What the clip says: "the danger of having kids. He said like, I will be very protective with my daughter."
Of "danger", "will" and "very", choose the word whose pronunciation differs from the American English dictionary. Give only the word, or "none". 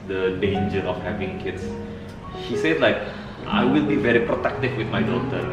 none